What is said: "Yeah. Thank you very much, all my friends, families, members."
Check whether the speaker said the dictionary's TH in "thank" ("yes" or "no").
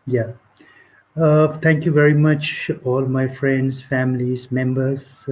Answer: no